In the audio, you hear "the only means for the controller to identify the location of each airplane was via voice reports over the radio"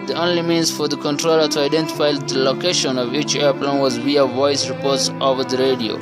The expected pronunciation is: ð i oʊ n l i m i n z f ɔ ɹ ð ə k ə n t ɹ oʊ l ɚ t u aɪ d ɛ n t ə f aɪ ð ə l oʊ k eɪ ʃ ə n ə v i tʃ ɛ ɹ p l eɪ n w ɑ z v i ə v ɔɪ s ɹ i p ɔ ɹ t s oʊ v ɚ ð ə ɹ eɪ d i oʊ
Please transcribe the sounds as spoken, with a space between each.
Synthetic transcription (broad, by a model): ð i oʊ n l i m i n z f ɔ ɹ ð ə k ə n t ɹ oʊ l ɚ t u aɪ d ɛ n t ə f aɪ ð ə l oʊ k eɪ ʃ ə n ə v i tʃ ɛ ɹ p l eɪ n w ɑ z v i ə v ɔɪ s ɹ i p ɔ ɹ t s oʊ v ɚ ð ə ɹ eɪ d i oʊ